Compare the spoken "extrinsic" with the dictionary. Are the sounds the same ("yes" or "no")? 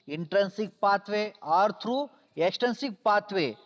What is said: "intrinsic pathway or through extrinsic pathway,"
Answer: no